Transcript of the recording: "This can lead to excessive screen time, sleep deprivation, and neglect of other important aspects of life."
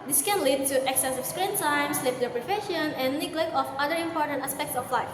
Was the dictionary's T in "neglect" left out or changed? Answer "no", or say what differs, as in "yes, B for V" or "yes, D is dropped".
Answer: yes, T is dropped